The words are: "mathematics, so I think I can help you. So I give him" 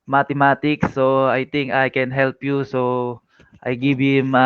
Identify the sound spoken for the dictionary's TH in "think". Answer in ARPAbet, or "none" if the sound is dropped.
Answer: T